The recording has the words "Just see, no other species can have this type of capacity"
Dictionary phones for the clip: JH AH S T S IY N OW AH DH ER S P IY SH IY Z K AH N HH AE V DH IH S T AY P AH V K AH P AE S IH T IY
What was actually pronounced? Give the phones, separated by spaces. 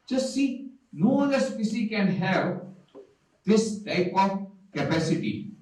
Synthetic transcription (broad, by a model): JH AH S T S IY N OW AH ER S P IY S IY K AH N HH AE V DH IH S T AY P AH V K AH P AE S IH T IY